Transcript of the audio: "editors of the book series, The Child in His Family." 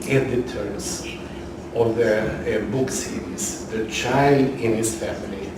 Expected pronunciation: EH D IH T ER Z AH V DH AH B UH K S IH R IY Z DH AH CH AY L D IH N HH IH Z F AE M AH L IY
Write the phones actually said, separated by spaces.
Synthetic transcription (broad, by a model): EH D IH T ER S AH V DH AH B UH K S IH R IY S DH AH CH AY L D IH N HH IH S F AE M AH L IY